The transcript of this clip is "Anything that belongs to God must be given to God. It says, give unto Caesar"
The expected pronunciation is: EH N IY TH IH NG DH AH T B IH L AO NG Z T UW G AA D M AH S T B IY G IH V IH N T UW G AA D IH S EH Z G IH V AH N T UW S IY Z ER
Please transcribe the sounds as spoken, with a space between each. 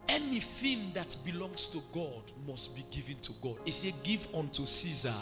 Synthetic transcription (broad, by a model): EH N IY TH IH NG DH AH T B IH L AO NG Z T UW G AA D M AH S T B IY G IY V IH N T UW G AA D IH S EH G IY V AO N T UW S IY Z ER